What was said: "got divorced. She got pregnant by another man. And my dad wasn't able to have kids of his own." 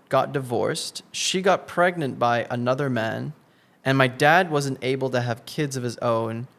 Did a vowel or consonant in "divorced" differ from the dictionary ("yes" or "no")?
no